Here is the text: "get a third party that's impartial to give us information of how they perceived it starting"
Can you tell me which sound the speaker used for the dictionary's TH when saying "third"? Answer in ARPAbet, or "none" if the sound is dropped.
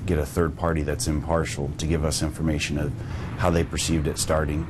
TH